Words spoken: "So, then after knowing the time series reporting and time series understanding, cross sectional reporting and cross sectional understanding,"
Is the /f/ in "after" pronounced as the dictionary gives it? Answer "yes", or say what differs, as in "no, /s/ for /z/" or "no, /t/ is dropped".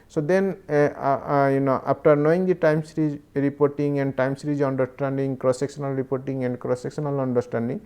no, /p/ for /f/